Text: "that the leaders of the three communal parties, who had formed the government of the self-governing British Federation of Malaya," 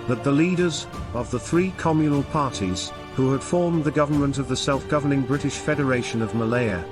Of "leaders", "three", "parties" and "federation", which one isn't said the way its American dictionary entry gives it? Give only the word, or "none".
none